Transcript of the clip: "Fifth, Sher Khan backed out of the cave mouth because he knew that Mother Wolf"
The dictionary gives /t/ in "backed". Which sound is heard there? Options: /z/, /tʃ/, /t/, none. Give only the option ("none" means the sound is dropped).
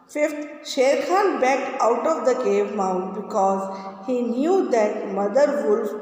none